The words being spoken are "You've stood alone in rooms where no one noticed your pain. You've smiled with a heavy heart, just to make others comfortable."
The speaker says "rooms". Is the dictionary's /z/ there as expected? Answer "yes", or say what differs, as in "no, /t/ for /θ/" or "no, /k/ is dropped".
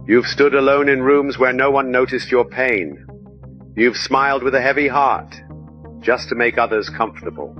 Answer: yes